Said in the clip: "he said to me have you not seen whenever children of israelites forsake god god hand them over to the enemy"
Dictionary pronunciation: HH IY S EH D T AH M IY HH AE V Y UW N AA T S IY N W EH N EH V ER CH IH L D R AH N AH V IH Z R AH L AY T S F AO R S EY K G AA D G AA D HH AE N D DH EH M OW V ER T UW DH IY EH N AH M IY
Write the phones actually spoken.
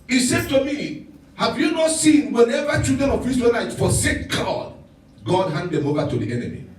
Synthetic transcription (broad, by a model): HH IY S EH D T AH M IY HH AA V Y UW N AA T S IY N W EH N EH V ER CH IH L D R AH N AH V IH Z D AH N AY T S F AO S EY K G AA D G AA D HH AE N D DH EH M OW V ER T UW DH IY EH N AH M IY